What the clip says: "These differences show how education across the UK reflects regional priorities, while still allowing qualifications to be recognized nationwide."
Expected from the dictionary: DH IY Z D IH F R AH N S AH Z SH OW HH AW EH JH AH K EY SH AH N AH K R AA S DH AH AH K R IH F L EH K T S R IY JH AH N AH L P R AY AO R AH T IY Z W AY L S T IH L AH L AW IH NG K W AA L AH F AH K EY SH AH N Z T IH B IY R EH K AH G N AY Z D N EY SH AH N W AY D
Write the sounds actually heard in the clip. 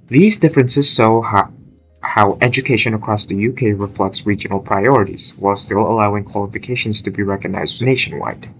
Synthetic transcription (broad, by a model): DH IY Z D IH F R AH N S AH Z S OW HH AW EH JH AH K EY SH AH N AH K R AA S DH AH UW K R IH F L EH K T S R IY JH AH N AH L P R AY AO R AH T IY Z W AY L S T IH L AH L AW IH NG K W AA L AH F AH K EY SH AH N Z T IH B IY R EH K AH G N AY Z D N EY SH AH N W AY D